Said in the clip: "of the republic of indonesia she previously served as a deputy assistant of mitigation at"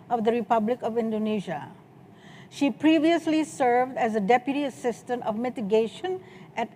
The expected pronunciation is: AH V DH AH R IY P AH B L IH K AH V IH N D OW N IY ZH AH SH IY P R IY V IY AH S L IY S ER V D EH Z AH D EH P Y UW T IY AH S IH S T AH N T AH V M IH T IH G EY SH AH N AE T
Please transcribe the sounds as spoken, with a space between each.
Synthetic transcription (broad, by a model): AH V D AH R IY P AH B L IH K AH V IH N D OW N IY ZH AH SH IY P R IY V IY AH S L IY S ER V D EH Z AH D EH P Y UW T IY AH S IH S T AH N T AH V M IH T IH G EY SH AH N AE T